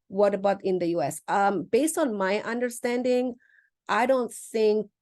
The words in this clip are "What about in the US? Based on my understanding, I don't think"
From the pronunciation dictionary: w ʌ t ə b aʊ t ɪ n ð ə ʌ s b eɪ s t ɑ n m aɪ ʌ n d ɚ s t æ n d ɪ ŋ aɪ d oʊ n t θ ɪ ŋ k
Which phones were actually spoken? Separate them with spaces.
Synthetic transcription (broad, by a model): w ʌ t ə b aʊ t ɪ n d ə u s b eɪ s t ɑ n m aɪ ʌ n d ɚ s t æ n d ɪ ŋ aɪ d oʊ n t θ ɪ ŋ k